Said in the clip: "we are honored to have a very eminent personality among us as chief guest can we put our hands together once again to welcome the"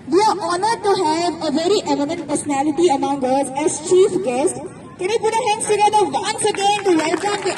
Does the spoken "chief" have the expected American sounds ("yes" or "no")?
yes